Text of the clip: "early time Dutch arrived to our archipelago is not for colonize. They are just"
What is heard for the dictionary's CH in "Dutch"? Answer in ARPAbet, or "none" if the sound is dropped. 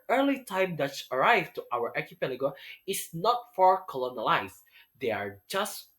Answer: S